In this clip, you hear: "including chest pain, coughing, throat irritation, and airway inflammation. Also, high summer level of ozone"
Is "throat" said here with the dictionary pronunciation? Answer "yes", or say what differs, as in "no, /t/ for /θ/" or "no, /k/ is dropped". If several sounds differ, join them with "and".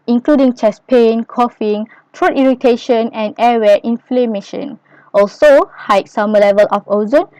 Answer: no, /t/ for /θ/